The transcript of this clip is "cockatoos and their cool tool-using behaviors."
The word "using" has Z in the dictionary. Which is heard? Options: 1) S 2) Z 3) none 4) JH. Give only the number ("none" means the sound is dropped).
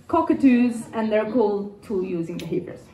2